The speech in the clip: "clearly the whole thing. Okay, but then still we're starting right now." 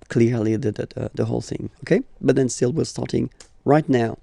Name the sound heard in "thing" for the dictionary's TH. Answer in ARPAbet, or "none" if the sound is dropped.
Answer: TH